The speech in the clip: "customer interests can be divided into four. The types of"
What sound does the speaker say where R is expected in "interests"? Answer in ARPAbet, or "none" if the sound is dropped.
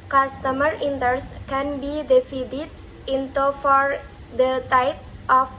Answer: none